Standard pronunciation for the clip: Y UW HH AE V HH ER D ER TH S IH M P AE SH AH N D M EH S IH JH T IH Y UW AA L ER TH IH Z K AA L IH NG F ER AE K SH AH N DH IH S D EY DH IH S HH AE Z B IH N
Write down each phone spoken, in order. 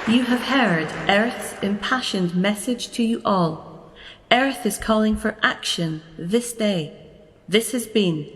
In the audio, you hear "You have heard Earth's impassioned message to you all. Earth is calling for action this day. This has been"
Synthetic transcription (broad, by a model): Y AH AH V HH ER D ER TH S IH M P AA SH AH N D M EH S IH JH T IH Y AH AA L ER TH IH Z K AA L IH NG F ER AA K SH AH N DH IH S D EY DH IH S HH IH Z B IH N